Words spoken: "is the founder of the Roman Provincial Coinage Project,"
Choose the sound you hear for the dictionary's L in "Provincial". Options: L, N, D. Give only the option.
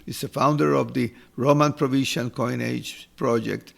N